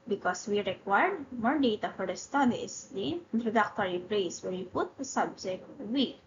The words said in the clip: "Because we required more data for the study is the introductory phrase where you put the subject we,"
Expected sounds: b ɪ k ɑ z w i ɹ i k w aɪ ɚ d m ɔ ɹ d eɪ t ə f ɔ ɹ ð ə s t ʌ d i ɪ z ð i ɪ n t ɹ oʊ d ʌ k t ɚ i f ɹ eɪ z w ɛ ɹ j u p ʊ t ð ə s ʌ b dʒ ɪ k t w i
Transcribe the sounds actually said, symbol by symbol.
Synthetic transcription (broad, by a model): b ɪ k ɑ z w i ɹ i k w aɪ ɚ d m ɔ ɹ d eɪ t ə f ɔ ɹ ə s t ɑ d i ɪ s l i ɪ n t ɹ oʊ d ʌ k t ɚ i p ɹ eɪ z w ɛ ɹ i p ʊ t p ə s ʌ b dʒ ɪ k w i